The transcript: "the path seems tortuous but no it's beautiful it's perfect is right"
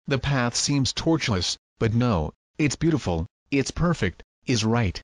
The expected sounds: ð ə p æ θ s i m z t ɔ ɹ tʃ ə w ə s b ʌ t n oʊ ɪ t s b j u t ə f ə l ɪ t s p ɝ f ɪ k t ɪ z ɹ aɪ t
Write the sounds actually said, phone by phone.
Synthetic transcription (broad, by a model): ð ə p æ θ s i m z t ɔ ɹ tʃ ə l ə s b ʌ t n oʊ ɪ t s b j u t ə f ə l ɪ t s p ɝ f ɪ k t ɪ z ɹ aɪ t